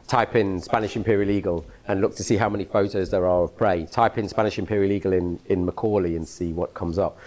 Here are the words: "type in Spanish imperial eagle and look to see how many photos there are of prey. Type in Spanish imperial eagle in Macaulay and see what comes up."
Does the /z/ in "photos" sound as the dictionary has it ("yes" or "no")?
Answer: yes